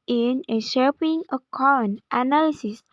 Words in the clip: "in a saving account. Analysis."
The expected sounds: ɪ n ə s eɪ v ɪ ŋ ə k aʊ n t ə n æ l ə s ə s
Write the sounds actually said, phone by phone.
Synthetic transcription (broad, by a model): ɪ n ə ʃ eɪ p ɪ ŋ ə k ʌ n t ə n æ l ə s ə s